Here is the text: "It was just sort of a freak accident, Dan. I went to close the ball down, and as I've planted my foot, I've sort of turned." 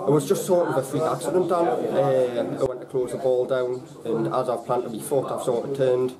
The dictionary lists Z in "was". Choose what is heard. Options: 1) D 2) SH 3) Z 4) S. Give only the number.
3